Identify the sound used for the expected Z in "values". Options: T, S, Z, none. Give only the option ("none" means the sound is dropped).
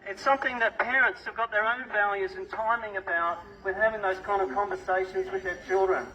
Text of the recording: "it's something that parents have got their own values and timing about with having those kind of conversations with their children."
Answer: Z